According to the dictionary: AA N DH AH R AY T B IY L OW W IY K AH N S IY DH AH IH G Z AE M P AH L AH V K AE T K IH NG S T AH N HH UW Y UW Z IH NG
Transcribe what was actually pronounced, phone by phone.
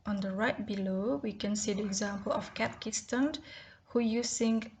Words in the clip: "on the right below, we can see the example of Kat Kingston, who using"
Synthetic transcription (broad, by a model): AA N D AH R AY T B IY L OW W IY K AH N S IY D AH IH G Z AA M P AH L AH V K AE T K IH S T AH N HH UW Y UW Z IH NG